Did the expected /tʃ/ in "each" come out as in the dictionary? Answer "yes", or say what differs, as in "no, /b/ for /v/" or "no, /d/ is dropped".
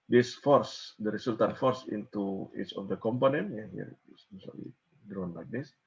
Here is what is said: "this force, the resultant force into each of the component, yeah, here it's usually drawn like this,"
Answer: no, /s/ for /tʃ/